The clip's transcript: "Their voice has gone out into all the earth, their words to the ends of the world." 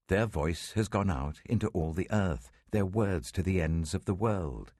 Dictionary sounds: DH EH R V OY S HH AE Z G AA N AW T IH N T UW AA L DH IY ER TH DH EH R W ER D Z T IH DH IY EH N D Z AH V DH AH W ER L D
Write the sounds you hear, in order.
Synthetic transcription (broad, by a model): DH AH R V OY S HH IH Z G AA N AW T IH N T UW AA L DH IY ER TH DH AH R W ER D Z T IH DH IY EH N D Z AH V DH AH W ER L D